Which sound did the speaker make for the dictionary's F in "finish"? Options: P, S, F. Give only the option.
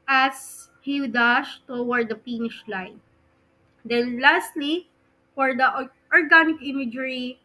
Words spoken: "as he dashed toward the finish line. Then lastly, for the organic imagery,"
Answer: P